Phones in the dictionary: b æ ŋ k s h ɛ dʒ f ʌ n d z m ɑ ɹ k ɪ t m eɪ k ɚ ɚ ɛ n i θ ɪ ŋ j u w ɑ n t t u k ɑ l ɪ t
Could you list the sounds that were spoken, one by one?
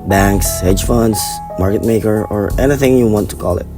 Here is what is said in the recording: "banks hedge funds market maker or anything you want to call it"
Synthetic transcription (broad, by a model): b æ ŋ k s h ɛ dʒ f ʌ n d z m ɑ ɹ k ɪ t m eɪ k ɚ ɚ ɛ n i θ ɪ ŋ j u w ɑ n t t u k ɑ l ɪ t